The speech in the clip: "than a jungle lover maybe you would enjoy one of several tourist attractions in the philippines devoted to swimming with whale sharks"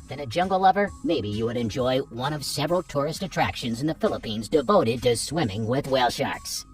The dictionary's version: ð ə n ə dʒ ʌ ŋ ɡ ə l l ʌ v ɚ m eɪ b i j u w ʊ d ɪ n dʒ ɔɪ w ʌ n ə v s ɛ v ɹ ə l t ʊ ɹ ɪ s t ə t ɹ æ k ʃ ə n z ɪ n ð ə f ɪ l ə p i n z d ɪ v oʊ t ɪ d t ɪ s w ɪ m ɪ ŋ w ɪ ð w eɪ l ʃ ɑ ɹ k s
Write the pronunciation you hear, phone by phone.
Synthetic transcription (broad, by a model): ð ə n ə dʒ ʌ ŋ ɡ l l ʌ v ɚ m eɪ b i j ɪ w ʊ d ɪ n dʒ ɔɪ w ʌ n ə v s ɛ v ɹ l t ʊ ɹ ɪ s t ə t ɹ æ k ʃ ə n z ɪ n ð ə f ɪ l ə p i n z d ɪ v oʊ t ɪ d t ɪ s w ɪ m ɪ ŋ w ɪ ð w eɪ l ʃ ɑ ɹ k s